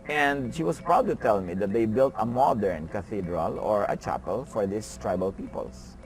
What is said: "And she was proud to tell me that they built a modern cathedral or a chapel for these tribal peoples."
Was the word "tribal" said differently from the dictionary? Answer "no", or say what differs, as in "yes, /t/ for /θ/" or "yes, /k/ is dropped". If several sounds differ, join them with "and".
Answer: no